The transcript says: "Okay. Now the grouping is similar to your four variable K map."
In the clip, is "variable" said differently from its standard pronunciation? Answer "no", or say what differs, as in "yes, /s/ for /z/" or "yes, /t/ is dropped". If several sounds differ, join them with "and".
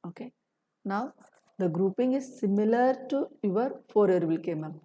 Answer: yes, /f/ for /v/